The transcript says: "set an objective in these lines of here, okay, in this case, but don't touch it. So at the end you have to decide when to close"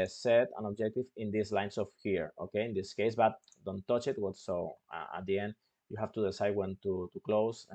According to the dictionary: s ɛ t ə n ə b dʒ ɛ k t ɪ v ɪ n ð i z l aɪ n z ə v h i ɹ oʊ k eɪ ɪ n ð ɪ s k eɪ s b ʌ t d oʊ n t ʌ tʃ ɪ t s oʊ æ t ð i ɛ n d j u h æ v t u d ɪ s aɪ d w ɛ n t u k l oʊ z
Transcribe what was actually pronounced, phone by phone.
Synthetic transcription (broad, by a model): s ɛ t ə n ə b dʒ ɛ k t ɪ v ɪ n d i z l aɪ n s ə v h i ɹ oʊ k eɪ ɪ n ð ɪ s k eɪ s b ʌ t d oʊ n t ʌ tʃ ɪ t s oʊ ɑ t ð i ɛ n d j u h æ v t u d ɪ s aɪ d w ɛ n t u k l oʊ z